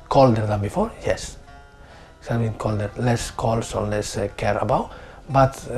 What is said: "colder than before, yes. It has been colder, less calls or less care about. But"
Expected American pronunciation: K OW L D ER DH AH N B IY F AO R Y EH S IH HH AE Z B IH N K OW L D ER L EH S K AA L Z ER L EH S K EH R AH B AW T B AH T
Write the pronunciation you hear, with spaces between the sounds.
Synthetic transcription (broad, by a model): K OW L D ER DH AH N B IY F AO R Y EH S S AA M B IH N K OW L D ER L EH S K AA L S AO L EH S K EH R AH B AW T B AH T